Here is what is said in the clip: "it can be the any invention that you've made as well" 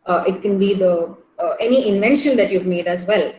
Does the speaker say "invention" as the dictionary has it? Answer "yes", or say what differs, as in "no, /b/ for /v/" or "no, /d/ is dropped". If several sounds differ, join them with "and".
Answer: yes